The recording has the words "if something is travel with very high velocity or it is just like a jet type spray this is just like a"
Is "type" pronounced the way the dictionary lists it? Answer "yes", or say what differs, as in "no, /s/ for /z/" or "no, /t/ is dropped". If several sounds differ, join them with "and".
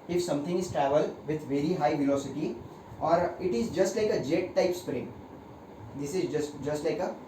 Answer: yes